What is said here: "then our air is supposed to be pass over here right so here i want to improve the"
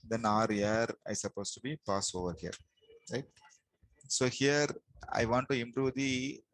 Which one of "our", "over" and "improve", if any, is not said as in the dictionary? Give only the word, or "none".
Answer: none